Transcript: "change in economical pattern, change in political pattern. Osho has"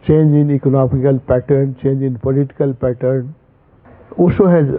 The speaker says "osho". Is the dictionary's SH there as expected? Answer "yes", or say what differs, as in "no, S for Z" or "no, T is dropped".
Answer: no, S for SH